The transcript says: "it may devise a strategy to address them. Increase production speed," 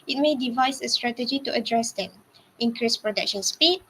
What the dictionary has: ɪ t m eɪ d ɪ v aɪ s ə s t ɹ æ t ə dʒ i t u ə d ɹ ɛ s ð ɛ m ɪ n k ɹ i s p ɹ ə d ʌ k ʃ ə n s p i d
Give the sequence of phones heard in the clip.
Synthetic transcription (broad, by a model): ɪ t m eɪ d ɪ v aɪ s ə s t ɹ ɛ t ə dʒ i t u ə d ɹ ɛ s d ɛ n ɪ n k ɹ i s p ɹ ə d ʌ k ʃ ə n s p i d